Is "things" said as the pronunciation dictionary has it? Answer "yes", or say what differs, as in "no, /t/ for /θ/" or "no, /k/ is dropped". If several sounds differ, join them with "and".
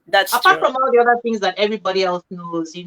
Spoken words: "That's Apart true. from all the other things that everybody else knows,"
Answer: yes